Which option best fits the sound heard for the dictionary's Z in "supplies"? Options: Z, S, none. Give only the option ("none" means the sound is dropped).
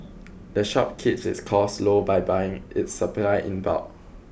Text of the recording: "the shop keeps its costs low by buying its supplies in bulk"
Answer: none